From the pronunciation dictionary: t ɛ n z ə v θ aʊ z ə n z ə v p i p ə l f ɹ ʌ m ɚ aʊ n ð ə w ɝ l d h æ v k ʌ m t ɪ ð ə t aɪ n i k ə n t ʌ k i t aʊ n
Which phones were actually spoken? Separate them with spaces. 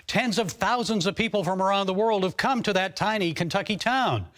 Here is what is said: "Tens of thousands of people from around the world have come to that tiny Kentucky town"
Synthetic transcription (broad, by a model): t ɛ n z ə v θ aʊ z ə n z ə v p i p l f ɹ ʌ m ɚ aʊ n ð ə w ɝ l d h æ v k ʌ m t ɪ ð ə t aɪ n i k ə n t ʌ k i t aʊ n